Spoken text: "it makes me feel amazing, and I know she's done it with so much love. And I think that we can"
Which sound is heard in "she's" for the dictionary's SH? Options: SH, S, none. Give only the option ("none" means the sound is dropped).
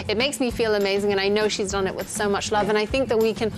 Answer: SH